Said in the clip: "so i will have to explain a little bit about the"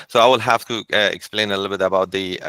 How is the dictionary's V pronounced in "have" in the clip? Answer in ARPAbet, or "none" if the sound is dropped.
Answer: F